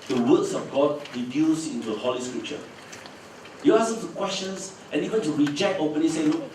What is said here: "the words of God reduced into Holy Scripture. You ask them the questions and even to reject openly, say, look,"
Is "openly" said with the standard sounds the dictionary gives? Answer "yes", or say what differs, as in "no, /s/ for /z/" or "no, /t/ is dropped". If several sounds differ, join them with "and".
no, /l/ is dropped